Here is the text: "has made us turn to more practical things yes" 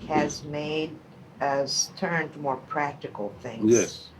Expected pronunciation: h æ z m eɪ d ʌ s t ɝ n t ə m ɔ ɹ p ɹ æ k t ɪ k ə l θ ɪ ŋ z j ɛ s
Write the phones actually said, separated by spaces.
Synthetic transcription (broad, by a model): h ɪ z m eɪ d ʌ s t ɝ n t ə m ɔ ɹ p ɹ æ k t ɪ k l θ ɪ ŋ j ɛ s